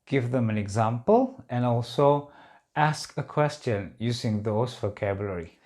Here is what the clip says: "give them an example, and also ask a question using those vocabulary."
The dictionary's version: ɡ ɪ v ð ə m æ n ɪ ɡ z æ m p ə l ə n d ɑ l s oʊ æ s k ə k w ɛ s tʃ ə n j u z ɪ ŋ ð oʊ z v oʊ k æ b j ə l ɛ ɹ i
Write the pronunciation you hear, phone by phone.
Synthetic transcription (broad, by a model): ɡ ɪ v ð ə m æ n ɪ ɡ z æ m p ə l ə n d ɑ l s oʊ æ s k ə k w ɛ s tʃ ə n j u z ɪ ŋ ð oʊ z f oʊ k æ b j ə l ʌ ɹ i